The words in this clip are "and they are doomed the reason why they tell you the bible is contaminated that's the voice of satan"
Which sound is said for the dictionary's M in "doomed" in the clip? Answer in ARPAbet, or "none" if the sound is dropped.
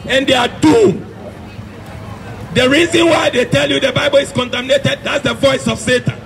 none